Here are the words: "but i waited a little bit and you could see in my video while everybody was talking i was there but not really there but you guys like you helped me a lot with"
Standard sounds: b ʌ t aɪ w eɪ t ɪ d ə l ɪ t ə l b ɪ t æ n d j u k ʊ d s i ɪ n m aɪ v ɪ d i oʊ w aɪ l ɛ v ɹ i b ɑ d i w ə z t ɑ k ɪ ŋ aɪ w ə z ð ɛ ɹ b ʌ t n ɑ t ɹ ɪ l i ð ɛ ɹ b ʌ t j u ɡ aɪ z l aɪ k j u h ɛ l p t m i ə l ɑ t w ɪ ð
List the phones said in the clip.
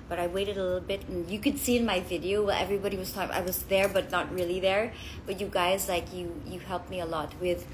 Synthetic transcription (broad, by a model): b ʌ t aɪ w eɪ t ɪ d ə l ɪ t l b ɪ t n j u k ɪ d s i ɪ n m aɪ v ɪ d i oʊ w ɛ l ɛ v ɹ i b ɑ d i w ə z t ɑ ɪ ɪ w ə z ð ɛ ɹ b ʌ t n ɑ t ɹ ɪ l i ð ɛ ɹ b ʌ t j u ɡ aɪ z l aɪ k j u h ɛ l p m i ə l ɑ t w ɪ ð